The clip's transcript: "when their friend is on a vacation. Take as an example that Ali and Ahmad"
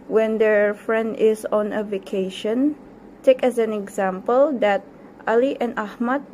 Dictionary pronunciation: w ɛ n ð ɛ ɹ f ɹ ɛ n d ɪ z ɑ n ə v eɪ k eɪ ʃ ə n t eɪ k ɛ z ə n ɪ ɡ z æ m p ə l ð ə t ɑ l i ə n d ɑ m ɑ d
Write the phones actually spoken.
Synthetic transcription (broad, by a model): w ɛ n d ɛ ɹ f ɹ ɛ n d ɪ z ɑ n ə v eɪ k eɪ ʃ ə n t eɪ k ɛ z ə n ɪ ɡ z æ m p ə l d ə t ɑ l i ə n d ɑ m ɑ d